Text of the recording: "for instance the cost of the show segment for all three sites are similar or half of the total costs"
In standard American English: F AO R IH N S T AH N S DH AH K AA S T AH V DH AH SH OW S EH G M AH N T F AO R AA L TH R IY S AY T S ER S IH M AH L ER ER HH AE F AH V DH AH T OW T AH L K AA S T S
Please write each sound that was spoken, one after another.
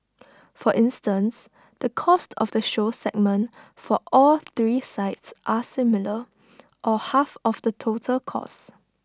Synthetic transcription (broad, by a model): F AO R IH N S T AH N S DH AH K AA S T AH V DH AH SH OW S EH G M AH N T F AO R AA L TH R IY S AY T S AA S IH M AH L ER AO HH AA F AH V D AH T OW T AH L K AA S S